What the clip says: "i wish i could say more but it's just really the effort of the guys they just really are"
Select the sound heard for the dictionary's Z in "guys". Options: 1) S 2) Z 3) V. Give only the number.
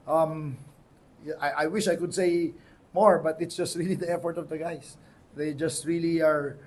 1